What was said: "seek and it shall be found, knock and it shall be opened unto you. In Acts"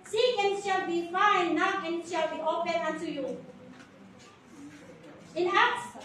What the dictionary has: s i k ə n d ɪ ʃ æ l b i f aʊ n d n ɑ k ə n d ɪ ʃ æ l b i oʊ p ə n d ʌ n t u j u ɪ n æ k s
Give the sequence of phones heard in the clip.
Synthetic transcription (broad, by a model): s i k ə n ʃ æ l b i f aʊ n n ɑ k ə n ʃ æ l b i oʊ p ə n ʌ n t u j u ɪ n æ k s